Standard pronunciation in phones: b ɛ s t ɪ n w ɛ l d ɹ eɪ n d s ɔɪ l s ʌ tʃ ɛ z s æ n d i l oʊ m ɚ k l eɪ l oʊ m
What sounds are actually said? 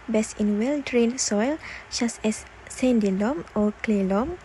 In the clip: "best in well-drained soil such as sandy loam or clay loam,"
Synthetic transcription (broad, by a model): b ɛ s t ɪ n w ɛ l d ɹ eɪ n s ɔɪ l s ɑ s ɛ s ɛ n d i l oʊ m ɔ k l eɪ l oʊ m